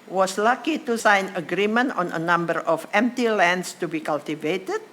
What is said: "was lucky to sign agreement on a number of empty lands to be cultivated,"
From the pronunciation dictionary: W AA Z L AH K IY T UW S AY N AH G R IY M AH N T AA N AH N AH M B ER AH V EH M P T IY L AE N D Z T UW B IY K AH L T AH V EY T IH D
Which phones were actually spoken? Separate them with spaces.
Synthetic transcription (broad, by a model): W AA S L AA K IY T UW S AY N AH G R IY M AH N T AA N AH N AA M B ER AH F EH M P T IY L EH N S T UW B IY K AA L T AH V EY T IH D